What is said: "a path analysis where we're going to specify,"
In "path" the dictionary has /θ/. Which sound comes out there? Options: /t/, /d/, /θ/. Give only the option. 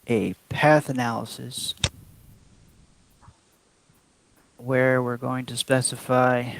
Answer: /θ/